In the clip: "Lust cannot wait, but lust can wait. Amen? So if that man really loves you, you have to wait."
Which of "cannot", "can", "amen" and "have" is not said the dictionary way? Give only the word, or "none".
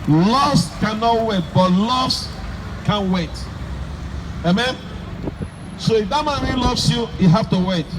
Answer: have